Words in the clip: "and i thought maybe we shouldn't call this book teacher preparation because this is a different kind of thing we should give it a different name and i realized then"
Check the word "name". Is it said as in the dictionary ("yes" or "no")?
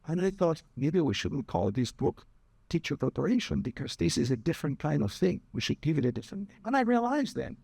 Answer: no